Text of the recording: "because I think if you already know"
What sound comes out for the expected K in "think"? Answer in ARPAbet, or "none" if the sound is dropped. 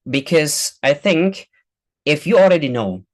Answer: K